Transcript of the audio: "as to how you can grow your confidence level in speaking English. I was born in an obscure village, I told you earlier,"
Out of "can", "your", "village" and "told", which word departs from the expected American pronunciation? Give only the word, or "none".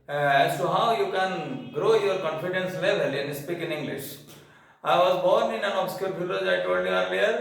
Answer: village